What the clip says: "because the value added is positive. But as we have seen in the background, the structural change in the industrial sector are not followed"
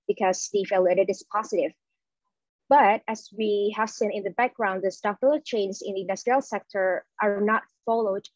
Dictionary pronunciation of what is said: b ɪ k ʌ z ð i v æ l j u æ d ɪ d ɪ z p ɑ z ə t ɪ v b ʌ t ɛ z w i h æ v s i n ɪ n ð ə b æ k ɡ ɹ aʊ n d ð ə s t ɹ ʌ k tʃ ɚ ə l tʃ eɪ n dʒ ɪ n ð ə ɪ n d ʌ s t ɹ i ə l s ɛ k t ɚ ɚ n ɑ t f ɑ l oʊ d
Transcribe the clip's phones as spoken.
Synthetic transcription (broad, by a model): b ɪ k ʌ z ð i f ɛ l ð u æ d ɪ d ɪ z p ɑ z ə t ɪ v b ʌ t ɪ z w i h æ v s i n ɪ n ð ə b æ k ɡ ɹ aʊ n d ð ə s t ɑ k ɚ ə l tʃ eɪ n z ɪ n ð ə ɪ n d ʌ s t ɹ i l s ɛ k t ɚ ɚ n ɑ t f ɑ l oʊ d